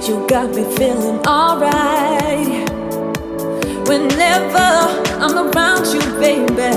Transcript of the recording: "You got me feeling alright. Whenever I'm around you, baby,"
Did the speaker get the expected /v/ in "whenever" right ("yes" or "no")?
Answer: yes